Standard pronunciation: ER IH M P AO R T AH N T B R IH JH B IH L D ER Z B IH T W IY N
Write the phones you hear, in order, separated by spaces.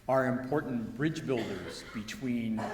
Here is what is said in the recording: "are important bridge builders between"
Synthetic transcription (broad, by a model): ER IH M P AO R T N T B R IH JH B IH L D ER Z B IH T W IY N